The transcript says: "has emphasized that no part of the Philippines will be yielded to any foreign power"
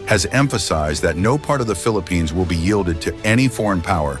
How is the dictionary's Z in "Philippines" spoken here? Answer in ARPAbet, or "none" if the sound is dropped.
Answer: Z